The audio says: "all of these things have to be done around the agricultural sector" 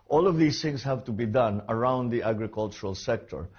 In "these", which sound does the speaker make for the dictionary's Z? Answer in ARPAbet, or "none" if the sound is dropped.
S